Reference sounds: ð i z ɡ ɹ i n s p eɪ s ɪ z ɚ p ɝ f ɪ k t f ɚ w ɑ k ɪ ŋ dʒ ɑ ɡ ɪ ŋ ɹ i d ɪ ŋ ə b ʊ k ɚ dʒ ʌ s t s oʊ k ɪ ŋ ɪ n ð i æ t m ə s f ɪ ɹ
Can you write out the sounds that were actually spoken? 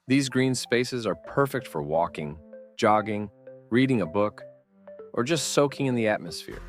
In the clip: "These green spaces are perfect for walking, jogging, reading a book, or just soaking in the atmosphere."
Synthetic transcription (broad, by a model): ð i z ɡ ɹ i n s p eɪ s ɪ z ɚ p ɝ f ɪ k t f ɚ w ɑ k ɪ ŋ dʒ ɑ ɡ ɪ ŋ ɹ i d ɪ ŋ ə b ʊ k ɚ dʒ ʌ s t s oʊ k ɪ ŋ ɪ n ð i æ t m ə s f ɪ ɹ